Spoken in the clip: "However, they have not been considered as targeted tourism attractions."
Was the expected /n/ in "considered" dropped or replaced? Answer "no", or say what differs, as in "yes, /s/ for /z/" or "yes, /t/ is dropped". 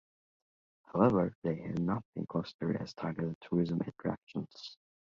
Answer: yes, /n/ is dropped